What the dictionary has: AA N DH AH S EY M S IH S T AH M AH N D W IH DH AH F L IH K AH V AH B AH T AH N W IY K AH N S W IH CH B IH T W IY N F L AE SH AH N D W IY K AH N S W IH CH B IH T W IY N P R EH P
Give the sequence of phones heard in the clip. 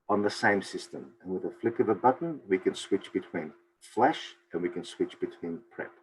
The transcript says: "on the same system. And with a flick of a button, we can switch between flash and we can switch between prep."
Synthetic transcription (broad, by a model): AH N DH AH S EY M S IH S T AH M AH N W IH DH AH F L IH K AH V AH B AH T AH N W IY K AH N S W IH CH B IH T W IY N F L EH SH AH N W IY K AH N S W IH CH B IH T W IY N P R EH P